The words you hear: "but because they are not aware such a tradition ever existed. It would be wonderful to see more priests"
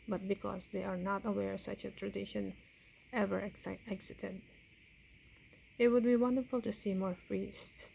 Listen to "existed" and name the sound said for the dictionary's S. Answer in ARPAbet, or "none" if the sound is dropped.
none